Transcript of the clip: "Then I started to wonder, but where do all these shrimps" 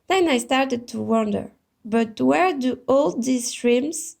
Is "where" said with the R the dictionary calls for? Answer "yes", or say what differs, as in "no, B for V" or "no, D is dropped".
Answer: yes